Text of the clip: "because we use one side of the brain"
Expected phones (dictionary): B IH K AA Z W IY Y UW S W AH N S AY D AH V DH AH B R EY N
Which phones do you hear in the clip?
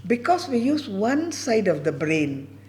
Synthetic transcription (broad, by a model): B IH K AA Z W IY Y UW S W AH N S AY D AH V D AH B R EY N